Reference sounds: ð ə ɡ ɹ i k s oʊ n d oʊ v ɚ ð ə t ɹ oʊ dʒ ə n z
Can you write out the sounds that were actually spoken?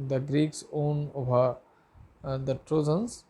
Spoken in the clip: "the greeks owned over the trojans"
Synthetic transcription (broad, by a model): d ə ɡ ɹ i k s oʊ n oʊ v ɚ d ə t ɹ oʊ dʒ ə n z